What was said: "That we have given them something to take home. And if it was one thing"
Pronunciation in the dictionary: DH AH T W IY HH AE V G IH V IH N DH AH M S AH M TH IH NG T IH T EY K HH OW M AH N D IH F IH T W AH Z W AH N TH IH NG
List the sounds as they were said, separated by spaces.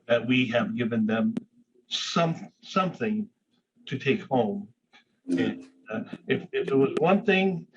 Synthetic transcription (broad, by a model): DH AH T W IY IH V G IH V IH N DH AH M S AH M TH IH NG T IH T EY K HH OW M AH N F IH F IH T W AH Z W AH N TH IH NG